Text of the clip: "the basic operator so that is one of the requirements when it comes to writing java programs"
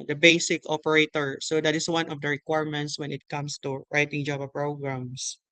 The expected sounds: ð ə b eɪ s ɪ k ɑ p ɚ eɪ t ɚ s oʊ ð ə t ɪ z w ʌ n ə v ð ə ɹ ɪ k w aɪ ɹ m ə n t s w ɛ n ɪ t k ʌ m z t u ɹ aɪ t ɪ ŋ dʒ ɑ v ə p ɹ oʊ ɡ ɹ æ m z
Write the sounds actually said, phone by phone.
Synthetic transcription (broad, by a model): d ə b eɪ s ɪ k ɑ p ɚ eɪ t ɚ s oʊ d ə t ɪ s w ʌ n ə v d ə ɹ ɪ k w aɪ ɹ m ə n t s w ɛ n ɪ t k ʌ m s t u ɹ aɪ t ɪ ŋ dʒ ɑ b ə p ɹ oʊ ɡ ɹ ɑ m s